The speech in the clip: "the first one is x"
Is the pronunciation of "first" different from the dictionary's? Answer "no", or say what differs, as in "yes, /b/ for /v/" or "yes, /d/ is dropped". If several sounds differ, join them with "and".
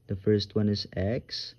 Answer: no